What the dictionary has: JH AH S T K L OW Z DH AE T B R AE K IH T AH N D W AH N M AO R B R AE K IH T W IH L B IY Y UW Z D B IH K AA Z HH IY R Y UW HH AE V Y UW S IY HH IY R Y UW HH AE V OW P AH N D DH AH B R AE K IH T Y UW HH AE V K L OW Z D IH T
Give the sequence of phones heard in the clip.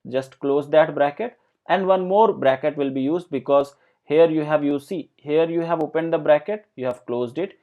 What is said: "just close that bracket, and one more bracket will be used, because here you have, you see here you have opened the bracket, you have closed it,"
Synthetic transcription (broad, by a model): JH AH S T K L OW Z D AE T B R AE K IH T AH N D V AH N M AO R B R AE K IH T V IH L B IY Y UW Z D B IH K AA Z HH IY R Y UW HH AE V Y UW S IY HH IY R Y UW HH AE V OW P AH N D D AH B R AE K IH T Y UW HH AE V K L OW Z D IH T